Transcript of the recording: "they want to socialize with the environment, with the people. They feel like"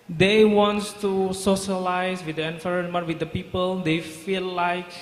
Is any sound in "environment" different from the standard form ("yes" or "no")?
yes